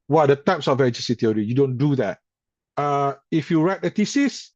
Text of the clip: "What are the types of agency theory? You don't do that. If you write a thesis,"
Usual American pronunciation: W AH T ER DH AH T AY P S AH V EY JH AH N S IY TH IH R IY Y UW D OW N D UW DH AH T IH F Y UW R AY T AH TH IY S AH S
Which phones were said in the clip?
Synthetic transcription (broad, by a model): W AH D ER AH T AY P S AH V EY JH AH S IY T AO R IY Y UW D OW N D UW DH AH T IH F Y UW R AY T AH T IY S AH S